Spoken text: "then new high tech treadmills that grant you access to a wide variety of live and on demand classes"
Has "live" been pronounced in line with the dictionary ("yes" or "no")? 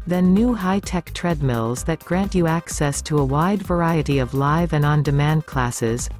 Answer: yes